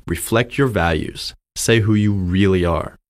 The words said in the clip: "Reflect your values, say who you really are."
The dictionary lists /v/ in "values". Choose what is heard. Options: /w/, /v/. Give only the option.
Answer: /v/